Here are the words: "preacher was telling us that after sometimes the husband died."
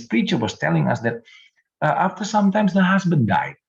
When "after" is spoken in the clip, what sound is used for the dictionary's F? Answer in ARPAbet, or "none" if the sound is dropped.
F